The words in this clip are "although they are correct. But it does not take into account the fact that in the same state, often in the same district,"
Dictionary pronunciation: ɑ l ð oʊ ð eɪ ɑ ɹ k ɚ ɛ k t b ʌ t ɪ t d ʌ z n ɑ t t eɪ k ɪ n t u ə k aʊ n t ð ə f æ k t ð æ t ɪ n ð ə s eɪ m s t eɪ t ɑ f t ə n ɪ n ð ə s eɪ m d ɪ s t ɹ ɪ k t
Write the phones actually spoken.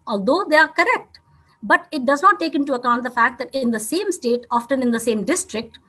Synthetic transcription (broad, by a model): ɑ l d oʊ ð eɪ ɑ ɹ k ɚ ɛ k t b ʌ t ɪ t d ʌ z n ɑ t t eɪ k ɪ n t u ə k aʊ n t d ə f æ k t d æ t ɪ n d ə s eɪ m s t eɪ t ɑ f t ə n ɪ n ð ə s eɪ m d ɪ s t ɹ ɪ k t